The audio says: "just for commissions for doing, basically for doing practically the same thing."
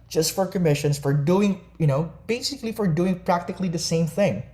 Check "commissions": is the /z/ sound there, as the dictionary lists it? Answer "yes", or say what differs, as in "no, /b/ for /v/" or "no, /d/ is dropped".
no, /s/ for /z/